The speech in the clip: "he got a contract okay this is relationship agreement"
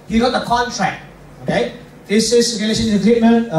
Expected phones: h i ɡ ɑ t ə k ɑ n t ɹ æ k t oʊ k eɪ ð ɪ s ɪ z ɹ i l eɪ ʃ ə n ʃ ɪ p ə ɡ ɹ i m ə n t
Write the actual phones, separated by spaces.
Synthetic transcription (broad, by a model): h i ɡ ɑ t ə k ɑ n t ɹ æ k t oʊ k eɪ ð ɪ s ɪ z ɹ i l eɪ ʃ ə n ɪ ə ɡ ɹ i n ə